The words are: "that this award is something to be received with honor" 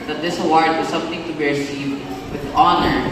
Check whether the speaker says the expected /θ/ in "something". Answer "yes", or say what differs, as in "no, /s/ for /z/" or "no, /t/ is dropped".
no, /t/ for /θ/